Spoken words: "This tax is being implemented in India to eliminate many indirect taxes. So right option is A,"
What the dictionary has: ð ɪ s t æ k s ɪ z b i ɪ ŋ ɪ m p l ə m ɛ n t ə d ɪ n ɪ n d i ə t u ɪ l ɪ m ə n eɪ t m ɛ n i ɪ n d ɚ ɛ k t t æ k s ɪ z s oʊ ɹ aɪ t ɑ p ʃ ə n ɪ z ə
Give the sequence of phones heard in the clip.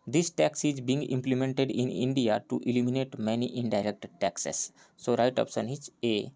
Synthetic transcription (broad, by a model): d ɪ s t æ k s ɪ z b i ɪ ŋ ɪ m p l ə m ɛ n t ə d ɪ n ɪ n d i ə t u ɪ l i m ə n eɪ t m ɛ n i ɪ n d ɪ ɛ k t t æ k s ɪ s oʊ ɹ aɪ t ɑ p s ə n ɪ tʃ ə